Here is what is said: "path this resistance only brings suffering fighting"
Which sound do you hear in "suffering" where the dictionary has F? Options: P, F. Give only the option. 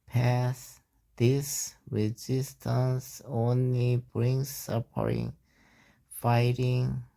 P